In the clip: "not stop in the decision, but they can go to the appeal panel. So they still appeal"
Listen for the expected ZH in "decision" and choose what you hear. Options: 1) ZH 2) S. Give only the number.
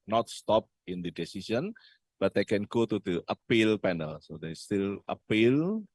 2